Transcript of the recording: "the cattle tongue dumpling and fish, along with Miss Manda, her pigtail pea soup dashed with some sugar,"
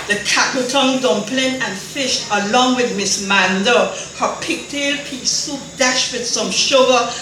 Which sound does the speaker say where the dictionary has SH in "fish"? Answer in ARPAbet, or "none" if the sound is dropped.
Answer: SH